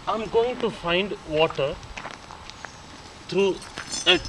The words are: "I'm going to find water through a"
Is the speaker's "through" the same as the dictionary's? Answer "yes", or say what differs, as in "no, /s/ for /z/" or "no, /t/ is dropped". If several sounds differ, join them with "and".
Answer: no, /t/ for /θ/